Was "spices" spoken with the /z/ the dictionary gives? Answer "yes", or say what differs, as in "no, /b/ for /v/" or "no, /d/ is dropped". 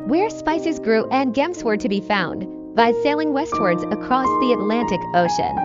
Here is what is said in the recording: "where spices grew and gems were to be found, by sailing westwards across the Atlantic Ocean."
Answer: yes